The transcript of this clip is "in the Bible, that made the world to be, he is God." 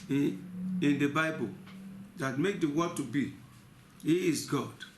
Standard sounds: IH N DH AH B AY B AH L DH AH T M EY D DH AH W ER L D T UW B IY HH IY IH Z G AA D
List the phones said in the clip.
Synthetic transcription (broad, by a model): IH N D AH B AY B AH L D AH T M EY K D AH W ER D T UW B IY HH IY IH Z G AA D